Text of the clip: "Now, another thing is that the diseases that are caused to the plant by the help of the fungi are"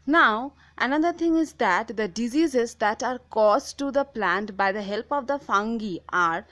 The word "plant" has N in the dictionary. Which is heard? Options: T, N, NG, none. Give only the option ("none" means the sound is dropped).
N